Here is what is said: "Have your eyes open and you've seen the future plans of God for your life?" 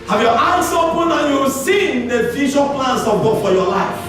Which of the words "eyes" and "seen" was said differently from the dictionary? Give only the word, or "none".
eyes